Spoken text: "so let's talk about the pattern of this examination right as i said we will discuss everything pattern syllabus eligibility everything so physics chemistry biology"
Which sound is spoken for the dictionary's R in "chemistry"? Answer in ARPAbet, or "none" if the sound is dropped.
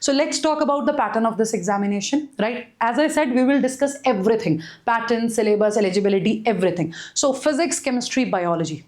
R